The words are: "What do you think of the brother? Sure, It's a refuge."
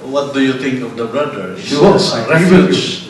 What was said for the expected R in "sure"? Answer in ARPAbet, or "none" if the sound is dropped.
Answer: W